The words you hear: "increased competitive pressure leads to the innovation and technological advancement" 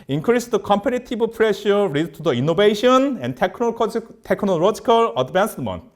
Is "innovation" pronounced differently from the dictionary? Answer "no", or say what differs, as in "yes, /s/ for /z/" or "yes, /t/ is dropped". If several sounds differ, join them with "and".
yes, /b/ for /v/